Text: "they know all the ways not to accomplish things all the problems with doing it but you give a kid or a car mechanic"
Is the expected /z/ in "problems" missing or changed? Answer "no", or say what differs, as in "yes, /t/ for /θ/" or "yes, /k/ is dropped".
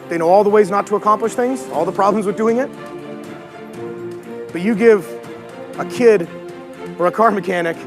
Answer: no